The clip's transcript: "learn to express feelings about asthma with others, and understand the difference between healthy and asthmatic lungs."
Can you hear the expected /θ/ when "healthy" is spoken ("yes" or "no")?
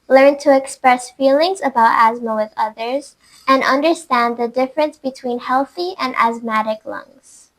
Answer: yes